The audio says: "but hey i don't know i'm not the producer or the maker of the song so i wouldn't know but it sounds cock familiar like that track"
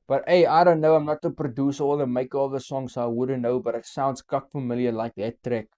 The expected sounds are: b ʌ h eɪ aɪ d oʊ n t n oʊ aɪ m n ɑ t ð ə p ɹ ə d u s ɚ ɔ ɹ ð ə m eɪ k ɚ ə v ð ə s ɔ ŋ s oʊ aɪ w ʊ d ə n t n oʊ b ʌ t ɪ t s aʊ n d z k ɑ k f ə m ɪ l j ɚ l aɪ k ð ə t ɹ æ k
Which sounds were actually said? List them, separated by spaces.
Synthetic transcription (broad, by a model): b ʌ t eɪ aɪ d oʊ n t n oʊ aɪ m n ɑ t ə p ɹ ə d u s ɔ l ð ə m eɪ k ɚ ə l ð ə s ɔ ŋ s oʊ aɪ w ʊ d ə n t n oʊ b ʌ t ɪ t s aʊ n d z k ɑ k f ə m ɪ l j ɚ l aɪ k ð ə t ɹ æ k